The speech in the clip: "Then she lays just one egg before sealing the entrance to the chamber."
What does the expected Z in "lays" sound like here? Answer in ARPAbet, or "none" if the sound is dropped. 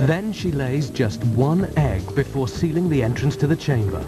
Z